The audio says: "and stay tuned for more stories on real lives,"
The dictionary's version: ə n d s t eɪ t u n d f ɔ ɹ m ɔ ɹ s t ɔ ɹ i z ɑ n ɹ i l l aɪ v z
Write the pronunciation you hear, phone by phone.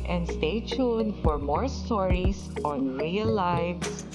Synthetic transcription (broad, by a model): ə n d s t eɪ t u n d f ɔ ɹ m ɔ ɹ s t ɔ ɹ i s ɑ n ɹ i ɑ l aɪ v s